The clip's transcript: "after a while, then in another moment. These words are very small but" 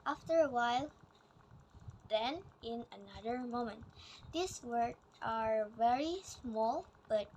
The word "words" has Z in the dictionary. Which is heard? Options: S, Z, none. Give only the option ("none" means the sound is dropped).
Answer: none